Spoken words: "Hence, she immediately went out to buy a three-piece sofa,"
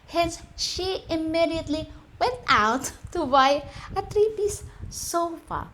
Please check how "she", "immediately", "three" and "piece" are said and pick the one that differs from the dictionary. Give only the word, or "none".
three